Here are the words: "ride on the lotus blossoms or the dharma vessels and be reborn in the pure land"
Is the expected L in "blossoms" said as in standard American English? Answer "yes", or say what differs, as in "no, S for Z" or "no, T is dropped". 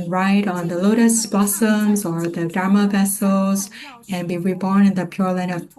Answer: no, L is dropped